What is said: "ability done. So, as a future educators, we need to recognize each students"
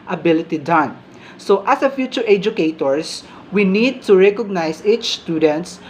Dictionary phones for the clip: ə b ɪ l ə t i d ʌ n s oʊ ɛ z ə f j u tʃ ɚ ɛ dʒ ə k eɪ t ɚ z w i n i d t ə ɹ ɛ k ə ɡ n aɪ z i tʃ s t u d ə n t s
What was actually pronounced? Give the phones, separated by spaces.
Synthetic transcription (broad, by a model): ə b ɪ l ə t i d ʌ n s oʊ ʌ s ə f j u tʃ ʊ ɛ dʒ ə k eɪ t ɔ s w i n i d t ə ɹ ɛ k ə ɡ n aɪ s i tʃ s t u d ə n t s